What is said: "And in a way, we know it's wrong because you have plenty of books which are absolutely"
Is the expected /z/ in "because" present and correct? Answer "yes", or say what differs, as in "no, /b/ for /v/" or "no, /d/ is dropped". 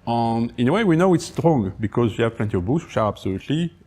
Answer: yes